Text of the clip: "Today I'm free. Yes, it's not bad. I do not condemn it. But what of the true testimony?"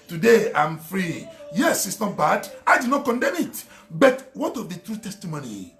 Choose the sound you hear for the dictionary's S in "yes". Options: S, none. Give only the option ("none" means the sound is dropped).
S